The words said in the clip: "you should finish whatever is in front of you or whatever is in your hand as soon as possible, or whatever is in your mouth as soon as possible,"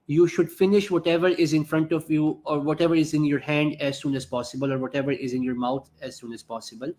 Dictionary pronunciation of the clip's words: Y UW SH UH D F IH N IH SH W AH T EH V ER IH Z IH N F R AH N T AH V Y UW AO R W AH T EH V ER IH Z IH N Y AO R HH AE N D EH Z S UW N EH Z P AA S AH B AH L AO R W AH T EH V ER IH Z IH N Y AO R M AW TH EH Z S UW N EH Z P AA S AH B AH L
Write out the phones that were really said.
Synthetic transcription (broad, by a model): Y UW SH UH D F IH N IH SH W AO T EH V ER IH Z IH N F R AH N T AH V Y UW AO R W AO T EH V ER IH Z IH N Y AO R HH AE N D EH Z S UW N EH Z P AA S AH B AH L AO R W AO T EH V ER IH Z IH N Y AO R M AW T EH Z S UW N EH Z P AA S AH B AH L